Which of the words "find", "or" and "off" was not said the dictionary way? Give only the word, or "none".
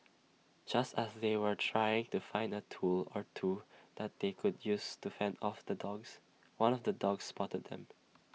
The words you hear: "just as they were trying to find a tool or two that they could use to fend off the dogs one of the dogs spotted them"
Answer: none